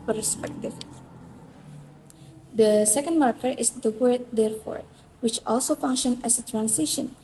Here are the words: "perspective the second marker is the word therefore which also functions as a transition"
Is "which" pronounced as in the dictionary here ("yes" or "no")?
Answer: yes